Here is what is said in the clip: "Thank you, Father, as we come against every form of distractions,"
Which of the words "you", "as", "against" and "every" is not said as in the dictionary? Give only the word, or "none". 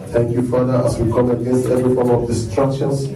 as